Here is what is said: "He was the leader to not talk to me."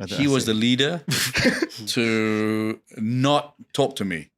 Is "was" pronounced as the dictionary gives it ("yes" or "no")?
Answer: yes